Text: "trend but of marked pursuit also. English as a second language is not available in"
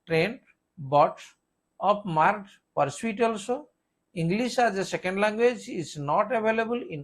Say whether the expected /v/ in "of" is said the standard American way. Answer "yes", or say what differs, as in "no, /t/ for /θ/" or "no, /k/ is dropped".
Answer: no, /p/ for /v/